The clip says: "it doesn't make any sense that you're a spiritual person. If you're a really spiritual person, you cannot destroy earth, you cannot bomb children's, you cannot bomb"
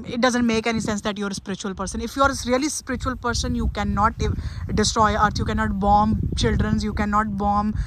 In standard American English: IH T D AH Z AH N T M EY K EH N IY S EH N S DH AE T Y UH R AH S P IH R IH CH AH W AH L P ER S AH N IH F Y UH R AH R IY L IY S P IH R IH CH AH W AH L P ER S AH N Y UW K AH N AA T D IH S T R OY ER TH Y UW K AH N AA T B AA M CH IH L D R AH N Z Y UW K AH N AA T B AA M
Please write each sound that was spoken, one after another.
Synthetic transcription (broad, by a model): IH T D AH Z AH N T M EY K EH N IY S EH N S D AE T Y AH R AH S P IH R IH CH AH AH L P ER S AH N IH F Y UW R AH R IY L IY S P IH R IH CH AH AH L P ER S AH N Y UW K AH N AA T D IH S T R OY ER T Y UW K AH N AA T B AA M CH IH L D R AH N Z Y UW K AH N AA T B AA M